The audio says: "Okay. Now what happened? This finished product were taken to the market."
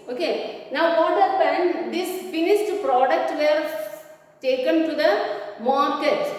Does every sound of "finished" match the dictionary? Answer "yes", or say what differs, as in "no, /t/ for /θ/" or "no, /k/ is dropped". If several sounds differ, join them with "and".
no, /s/ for /ʃ/